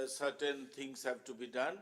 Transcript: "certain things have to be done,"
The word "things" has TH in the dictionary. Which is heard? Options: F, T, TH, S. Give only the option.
T